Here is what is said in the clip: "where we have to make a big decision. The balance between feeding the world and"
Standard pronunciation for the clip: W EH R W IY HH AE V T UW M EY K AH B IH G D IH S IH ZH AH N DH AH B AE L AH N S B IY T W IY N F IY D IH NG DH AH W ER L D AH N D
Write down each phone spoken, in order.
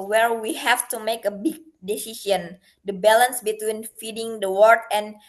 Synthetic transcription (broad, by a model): W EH R W IY HH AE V T UW M EY K AH B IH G D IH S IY S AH N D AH B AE L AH N S B IY T W IY N F IY D IH NG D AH W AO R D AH N